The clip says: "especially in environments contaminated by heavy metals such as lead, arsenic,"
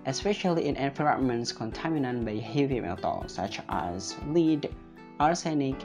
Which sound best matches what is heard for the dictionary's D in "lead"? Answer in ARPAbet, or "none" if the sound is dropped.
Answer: D